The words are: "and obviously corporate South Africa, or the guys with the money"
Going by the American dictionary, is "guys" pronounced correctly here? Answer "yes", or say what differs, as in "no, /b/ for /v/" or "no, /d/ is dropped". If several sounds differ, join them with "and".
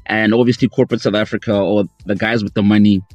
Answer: yes